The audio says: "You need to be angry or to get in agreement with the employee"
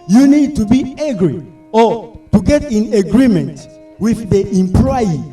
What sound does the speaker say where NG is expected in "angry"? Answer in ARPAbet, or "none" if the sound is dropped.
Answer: none